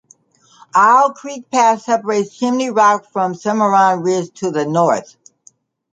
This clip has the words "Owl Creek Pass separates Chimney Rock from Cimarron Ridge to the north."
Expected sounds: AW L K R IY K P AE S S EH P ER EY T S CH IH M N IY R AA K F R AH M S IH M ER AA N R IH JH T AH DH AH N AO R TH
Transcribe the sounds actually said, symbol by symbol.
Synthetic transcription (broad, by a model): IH L K R IY K P AE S S EH P ER EY T S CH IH M N IY R AA K F R AH M S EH M ER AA N R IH Z T AH DH AH N AO R TH